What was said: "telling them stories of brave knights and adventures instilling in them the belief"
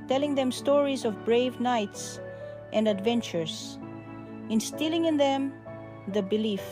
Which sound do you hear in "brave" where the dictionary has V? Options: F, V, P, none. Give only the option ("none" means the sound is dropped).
V